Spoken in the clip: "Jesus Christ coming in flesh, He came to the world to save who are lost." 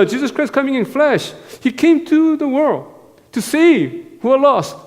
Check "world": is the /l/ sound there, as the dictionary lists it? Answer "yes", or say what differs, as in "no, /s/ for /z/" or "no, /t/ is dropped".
yes